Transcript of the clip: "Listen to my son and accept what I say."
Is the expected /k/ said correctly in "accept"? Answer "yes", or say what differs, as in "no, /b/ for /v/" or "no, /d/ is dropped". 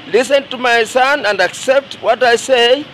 yes